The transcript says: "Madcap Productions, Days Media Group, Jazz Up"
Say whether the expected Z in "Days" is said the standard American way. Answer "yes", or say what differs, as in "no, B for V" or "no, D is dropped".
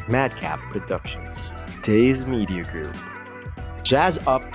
yes